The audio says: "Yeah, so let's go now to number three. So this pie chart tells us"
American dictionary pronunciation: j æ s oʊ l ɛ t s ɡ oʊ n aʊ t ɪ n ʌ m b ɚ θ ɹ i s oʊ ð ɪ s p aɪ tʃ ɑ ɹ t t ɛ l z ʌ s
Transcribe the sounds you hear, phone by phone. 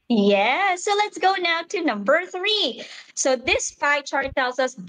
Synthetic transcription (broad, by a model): j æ s oʊ l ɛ t s ɡ oʊ n aʊ t ɪ n ʌ m b ɚ θ ɹ i s oʊ ð ɪ s f aɪ tʃ ɑ ɹ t t ɛ l z ʌ s